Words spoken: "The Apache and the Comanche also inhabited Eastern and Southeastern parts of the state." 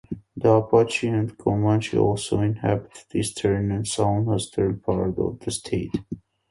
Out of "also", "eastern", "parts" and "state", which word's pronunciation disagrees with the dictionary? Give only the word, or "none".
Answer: parts